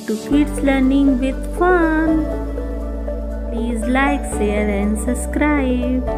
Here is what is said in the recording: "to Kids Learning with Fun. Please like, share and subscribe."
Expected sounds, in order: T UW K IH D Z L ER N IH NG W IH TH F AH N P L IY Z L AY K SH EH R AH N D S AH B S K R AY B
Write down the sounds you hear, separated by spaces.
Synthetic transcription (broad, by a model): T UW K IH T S L ER N IH NG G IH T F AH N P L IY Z L AY K S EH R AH N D S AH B S K R AY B